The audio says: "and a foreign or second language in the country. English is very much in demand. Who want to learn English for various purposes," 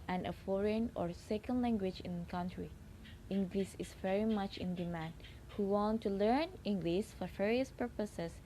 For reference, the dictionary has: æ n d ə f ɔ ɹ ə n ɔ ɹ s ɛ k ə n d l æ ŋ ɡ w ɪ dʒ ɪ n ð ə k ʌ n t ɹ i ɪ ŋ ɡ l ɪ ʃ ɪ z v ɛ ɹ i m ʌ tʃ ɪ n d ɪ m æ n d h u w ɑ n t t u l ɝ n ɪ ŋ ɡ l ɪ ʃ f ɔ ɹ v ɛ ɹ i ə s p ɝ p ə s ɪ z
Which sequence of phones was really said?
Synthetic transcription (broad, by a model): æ n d ə f ɔ ɹ ə n ɔ ɹ s ɛ k ə n d l æ ŋ ɡ w ɪ dʒ ɪ n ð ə k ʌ n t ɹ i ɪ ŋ ɡ l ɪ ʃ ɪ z v ɛ ɹ i m ʌ tʃ ɪ n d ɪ m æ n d h u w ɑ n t t u l ɝ n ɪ ŋ ɡ l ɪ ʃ f ɔ ɹ v ɛ ɹ i ə s p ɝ p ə s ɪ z